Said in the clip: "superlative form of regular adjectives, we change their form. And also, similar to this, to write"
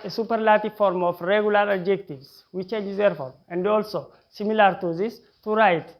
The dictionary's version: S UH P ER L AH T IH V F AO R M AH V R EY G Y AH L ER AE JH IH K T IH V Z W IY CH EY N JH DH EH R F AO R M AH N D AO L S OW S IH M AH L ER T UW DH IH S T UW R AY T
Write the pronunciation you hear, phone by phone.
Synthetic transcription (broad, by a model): S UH P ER L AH T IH F AO R M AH F R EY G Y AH L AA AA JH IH K T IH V S W IY CH EY N JH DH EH R F AO R M AH N D AO L S OW S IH M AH L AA T UW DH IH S T UW R AY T